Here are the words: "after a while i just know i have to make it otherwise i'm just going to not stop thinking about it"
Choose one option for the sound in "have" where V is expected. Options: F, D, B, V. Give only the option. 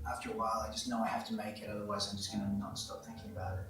F